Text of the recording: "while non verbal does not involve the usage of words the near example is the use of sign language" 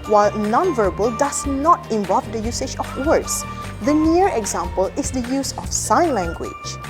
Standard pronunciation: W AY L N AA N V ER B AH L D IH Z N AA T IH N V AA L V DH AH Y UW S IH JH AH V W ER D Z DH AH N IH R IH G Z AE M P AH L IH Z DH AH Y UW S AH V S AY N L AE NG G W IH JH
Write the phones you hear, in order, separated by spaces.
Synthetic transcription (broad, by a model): W AY L N AA N V ER B AH L D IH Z N AA T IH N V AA L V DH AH Y UW S IH JH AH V W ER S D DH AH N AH R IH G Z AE M P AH L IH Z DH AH Y UW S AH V S AY N L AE NG G W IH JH